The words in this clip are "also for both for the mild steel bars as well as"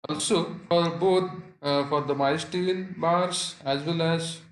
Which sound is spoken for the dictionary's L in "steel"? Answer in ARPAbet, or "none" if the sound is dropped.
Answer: N